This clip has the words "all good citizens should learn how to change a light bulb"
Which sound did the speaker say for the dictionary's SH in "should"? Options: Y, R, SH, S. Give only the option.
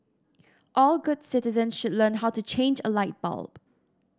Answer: SH